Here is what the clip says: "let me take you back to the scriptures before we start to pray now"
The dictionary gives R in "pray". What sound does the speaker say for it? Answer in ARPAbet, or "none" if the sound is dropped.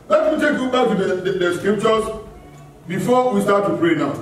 R